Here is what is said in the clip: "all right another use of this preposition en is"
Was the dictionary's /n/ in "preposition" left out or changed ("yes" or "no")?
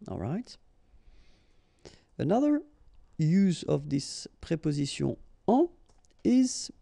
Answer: yes